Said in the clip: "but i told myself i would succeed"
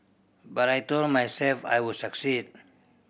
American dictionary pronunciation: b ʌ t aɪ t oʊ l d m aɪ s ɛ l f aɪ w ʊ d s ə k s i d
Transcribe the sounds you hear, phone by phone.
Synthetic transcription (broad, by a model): b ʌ t aɪ t oʊ l d m aɪ s ɛ l f aɪ w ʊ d s ə k s i d